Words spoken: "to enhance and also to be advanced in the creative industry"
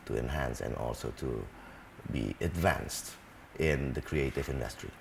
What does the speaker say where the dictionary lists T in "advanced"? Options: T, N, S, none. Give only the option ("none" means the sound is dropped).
T